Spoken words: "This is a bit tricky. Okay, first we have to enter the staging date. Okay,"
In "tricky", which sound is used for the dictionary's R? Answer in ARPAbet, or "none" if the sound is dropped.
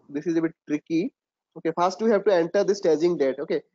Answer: R